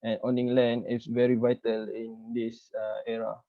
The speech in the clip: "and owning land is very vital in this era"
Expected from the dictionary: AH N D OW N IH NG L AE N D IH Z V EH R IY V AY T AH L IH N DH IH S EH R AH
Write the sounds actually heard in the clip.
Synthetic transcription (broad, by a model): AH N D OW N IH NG L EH N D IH S V EH R IY V AY T AH L IH N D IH S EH R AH